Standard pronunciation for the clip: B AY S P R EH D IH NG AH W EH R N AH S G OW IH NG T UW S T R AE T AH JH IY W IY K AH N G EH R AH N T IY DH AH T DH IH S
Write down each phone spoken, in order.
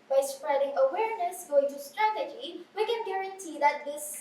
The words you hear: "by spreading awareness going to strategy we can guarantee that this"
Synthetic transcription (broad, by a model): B AY S P R EH D IH NG AH W EH R N AH S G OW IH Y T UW S T R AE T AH JH IY W IY K AH N G EH R AH N T IY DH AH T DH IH S